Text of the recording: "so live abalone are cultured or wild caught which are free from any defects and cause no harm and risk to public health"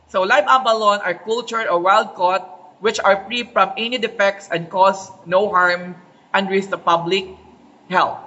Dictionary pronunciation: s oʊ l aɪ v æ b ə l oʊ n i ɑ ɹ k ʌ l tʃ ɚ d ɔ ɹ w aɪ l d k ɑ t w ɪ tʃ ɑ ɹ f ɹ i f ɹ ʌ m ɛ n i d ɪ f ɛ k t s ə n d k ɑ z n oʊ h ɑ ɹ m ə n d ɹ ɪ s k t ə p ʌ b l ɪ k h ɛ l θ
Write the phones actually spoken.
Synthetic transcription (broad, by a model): s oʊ l aɪ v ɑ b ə l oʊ n ɑ ɹ k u l tʃ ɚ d ɔ ɹ w aɪ l d k ɑ t w ɪ tʃ ɑ ɹ f ɹ i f ɹ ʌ m ɛ n i d ɪ f ɛ k t s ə n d k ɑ s n oʊ h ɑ ɹ m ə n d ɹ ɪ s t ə p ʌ b l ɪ k h ɛ l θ